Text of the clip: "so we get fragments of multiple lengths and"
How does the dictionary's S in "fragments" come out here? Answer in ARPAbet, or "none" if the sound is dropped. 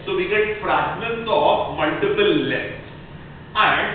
none